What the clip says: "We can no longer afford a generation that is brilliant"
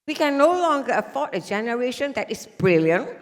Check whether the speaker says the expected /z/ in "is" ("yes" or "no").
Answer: no